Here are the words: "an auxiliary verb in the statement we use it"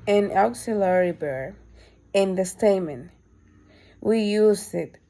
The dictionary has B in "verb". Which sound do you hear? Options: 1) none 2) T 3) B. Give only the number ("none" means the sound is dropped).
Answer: 1